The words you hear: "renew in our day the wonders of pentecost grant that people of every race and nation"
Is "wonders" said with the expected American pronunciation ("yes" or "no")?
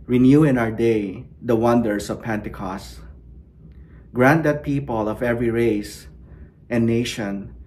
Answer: no